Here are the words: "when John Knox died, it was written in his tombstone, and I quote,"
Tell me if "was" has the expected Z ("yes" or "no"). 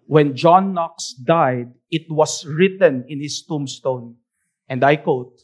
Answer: no